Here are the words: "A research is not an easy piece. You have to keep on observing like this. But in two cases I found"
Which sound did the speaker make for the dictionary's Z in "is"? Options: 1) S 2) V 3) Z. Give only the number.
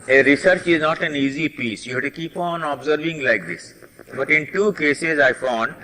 3